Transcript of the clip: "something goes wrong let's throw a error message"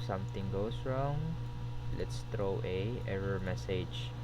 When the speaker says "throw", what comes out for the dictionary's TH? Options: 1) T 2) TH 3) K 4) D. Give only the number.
1